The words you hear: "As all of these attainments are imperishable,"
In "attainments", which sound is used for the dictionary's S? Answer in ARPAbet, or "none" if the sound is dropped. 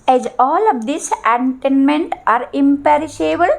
none